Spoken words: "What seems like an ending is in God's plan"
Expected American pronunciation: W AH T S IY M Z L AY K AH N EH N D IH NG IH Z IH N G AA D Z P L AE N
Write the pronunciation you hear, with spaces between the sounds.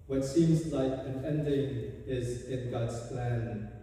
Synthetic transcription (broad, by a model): W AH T S IY M Z L AY K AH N EH N D IH NG IH Z IH N G AA D Z P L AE N